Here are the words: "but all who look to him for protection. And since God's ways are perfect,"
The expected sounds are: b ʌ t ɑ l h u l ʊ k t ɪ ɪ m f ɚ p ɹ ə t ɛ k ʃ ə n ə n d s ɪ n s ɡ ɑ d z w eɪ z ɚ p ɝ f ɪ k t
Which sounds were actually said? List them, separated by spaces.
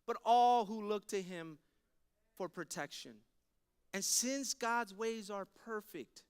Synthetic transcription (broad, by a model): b ʌ t ɑ l h u l ʊ k t ɪ ɪ m f ɚ p ɹ ə t ɛ k ʃ ə n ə n s ɪ n s ɡ ɑ d z w eɪ z ɚ p ɝ f ɪ k t